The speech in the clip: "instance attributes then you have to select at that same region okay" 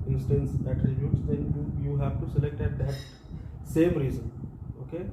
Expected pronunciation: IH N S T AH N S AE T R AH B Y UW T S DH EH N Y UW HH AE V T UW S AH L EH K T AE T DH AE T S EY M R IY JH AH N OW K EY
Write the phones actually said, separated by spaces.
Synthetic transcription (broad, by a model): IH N S T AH N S AE T R AH B Y UW T S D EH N Y UW HH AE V T UW S AH L EH K T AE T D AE T S EY M R IY Z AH N OW K EY